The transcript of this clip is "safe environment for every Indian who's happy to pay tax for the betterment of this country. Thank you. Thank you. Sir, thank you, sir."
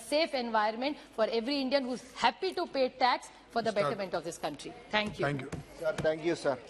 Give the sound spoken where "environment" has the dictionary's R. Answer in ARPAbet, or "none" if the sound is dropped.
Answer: none